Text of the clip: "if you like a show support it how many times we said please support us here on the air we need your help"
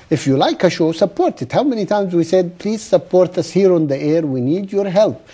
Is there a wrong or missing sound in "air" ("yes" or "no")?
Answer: no